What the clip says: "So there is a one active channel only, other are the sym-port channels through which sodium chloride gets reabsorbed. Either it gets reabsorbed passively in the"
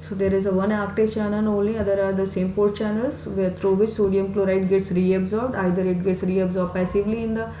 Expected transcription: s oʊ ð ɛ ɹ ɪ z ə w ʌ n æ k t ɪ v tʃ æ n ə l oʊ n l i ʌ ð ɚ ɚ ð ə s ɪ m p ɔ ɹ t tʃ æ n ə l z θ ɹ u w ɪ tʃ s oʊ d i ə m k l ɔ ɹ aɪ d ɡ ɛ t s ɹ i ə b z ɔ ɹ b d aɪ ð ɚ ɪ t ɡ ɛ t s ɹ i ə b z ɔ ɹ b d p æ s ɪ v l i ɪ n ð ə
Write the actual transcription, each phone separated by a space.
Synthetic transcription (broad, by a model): s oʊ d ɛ ɹ ɪ z ə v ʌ n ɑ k t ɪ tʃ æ n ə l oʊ l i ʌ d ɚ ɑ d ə s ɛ m p ɔ ɹ t tʃ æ n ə l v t ɹ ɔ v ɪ tʃ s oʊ d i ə m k l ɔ ɹ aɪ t ɡ ɛ t s ɹ i ə b z ɔ ɹ b d aɪ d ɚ ɪ t ɡ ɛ t s ɹ i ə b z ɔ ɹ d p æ s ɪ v l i ɪ n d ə